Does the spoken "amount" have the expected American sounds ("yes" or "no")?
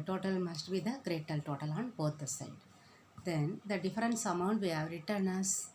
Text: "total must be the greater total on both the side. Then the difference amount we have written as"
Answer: yes